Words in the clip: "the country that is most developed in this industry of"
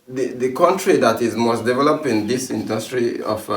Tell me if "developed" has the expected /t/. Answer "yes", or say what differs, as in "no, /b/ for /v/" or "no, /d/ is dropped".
no, /t/ is dropped